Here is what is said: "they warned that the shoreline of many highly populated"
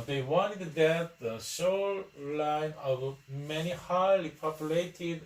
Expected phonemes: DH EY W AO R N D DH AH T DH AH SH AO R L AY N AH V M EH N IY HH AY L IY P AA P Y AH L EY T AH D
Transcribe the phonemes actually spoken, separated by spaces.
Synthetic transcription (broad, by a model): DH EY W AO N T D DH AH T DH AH S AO L L AY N AH V M EH N IY HH AY L IY P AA P Y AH L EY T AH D